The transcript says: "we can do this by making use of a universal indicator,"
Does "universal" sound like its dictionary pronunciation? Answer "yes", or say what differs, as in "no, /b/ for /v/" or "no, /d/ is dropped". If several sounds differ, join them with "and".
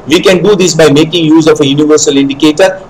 yes